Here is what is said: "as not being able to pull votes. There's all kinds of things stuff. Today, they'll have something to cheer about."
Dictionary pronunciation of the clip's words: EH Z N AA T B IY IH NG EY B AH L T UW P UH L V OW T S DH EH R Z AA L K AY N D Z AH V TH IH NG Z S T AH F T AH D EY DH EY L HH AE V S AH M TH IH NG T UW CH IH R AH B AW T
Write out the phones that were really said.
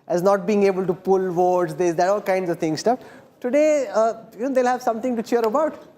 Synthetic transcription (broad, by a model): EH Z N AA T B IY IH NG EY B AH L T UW P UH L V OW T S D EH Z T AA L K AY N D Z AH V T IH NG S T AH F T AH D EY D EY L HH AE V S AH M T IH NG T UW CH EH R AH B AW T